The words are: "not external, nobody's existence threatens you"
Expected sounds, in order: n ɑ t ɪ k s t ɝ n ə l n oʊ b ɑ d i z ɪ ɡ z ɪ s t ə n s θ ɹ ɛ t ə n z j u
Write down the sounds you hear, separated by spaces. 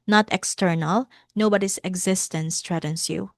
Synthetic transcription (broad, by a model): n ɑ t ɪ k s t ɝ n ə l n oʊ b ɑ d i s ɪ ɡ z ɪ s t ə n s t ɹ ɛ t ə n s j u